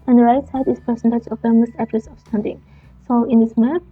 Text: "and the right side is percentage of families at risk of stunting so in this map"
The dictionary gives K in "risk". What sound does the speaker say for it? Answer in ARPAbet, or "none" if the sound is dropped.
none